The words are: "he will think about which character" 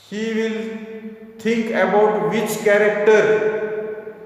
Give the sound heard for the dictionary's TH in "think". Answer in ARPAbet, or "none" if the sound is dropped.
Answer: T